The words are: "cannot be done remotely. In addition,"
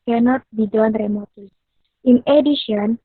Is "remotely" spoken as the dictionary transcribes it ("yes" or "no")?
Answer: no